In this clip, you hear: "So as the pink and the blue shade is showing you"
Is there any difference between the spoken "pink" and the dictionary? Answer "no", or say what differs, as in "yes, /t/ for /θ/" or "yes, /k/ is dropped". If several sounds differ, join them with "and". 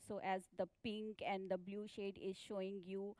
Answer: no